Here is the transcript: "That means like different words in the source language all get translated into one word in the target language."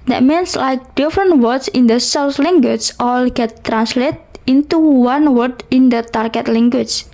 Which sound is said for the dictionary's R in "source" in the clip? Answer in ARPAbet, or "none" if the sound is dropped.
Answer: L